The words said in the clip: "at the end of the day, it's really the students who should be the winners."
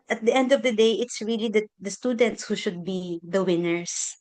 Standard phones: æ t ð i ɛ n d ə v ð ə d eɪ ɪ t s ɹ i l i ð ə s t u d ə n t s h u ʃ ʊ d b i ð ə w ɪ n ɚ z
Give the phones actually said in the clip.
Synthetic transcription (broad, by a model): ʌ t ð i ɛ n d ə v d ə d eɪ ɪ t s ɹ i l i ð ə s t u d ə n t s h u ʃ ʊ d b i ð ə w ɪ n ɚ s